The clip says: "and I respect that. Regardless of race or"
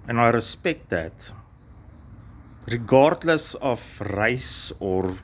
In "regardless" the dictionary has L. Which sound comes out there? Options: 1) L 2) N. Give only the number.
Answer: 1